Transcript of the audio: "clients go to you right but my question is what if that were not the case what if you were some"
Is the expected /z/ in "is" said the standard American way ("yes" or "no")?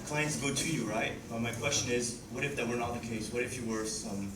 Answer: yes